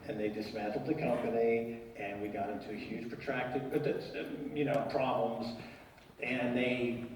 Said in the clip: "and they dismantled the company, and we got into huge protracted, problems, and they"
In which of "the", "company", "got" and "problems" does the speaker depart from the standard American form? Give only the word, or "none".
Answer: none